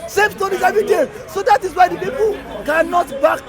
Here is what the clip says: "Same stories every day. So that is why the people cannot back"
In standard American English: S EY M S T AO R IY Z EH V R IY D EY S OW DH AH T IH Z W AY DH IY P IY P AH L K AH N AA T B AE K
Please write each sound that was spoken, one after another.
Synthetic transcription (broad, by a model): S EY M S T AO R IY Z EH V IY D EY S OW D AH T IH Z W AY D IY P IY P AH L K AH N AA T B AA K